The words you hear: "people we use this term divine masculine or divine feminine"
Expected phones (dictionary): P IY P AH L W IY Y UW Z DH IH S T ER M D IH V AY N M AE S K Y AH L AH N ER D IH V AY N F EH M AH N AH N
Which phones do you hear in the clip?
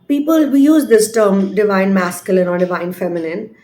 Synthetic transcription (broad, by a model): P IY P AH L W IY Y UW Z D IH S T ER M D IH V AY N M AE S K Y AH L AH N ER D IH V AY N F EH M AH N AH N